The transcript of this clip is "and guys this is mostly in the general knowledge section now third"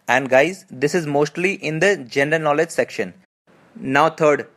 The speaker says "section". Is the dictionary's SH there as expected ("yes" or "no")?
yes